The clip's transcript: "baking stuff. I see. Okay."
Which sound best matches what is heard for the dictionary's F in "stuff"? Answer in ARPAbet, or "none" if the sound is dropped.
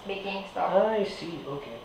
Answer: none